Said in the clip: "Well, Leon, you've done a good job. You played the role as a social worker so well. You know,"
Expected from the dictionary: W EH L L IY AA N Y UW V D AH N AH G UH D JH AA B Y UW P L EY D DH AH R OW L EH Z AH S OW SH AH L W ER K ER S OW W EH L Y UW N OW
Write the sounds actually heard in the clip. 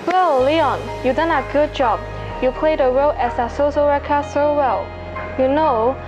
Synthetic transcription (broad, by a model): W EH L L IY AA N Y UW D AH N AH G UH D JH AA B Y UW P L EY D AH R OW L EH S AH S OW S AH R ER K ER S OW W EH L Y UW N OW